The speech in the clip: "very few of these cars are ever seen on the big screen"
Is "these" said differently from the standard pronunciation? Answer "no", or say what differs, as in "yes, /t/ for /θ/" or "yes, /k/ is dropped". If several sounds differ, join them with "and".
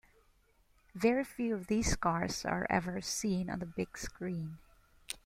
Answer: yes, /s/ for /z/